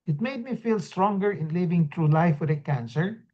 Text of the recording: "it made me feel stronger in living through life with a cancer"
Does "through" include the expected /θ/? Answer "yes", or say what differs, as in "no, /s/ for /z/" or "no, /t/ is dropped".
no, /t/ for /θ/